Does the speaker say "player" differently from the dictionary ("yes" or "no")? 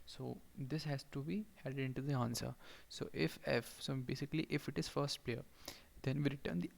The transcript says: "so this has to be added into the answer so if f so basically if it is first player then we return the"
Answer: no